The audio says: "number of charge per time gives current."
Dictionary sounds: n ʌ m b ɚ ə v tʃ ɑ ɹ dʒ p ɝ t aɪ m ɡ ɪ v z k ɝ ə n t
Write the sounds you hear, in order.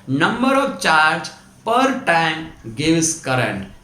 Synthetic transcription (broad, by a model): n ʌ m b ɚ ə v tʃ ɑ ɹ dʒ p ɝ t aɪ m ɡ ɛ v s k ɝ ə n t